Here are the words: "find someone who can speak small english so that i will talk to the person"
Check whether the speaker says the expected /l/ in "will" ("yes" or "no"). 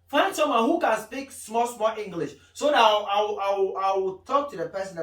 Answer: no